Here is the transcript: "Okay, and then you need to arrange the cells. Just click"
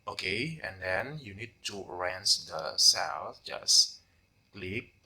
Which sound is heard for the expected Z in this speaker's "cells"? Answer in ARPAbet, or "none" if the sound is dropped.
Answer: none